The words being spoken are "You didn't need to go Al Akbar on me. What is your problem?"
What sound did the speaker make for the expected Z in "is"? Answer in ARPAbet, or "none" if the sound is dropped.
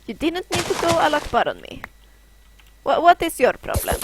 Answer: S